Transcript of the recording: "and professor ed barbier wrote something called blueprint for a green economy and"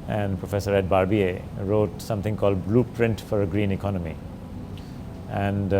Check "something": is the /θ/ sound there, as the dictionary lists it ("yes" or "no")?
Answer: no